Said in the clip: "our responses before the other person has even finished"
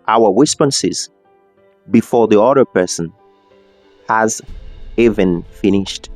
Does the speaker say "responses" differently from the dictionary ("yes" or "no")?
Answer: yes